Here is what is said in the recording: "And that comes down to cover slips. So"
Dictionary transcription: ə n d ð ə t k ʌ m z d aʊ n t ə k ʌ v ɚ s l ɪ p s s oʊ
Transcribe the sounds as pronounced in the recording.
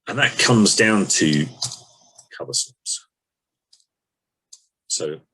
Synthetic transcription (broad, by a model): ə n ð ə t k ʌ m z d aʊ n t ə k ʌ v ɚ s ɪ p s s oʊ